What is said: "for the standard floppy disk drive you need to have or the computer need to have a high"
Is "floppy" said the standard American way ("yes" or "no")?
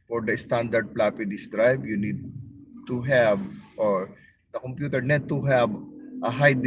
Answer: no